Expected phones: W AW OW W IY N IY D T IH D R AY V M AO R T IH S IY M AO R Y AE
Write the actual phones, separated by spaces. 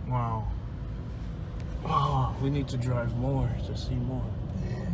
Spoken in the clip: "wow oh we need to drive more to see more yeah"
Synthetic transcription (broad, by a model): W AW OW W IY N IY D T IH D R AY V M AO R T IH S IY M AO R